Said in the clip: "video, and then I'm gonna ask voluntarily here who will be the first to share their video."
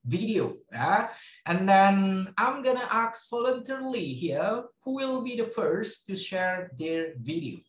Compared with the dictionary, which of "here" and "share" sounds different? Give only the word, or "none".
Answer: none